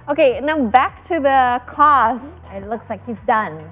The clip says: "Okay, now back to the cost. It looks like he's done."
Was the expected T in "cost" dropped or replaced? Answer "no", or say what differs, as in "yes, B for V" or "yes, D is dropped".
no